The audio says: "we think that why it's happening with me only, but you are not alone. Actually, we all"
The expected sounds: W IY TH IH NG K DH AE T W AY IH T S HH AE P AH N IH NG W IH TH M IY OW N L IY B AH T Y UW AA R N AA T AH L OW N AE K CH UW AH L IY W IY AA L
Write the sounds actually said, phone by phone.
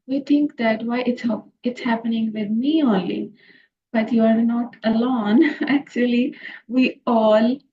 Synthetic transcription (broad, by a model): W IY T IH NG K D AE T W AY IH T S HH AE P AH N IH NG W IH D M IY OW N L IY B AH T Y UW AA R N AA T AH L OW N AE K CH UW AH L IY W IY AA L